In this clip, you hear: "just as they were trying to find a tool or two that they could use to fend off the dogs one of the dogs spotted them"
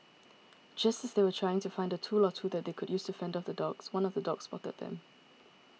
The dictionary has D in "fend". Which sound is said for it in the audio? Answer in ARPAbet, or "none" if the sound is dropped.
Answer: D